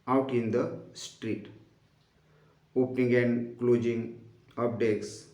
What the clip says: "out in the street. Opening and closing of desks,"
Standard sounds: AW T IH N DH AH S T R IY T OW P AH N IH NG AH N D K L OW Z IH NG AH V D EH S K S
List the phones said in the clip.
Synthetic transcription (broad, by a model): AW T IH N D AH S T R IY T OW P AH N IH NG AH N D K L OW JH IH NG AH P D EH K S